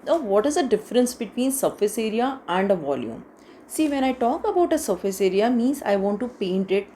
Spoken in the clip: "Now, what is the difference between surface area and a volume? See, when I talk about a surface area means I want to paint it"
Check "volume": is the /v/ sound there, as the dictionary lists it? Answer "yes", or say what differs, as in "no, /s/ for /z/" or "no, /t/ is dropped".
yes